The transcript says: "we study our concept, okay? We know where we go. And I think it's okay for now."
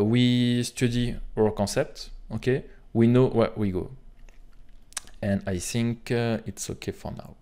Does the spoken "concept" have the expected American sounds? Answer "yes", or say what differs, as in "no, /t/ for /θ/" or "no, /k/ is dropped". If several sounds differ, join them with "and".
no, /n/ is dropped